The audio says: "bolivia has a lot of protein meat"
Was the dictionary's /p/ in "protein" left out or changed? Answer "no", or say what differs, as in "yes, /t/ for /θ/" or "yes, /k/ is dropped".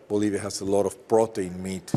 yes, /b/ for /p/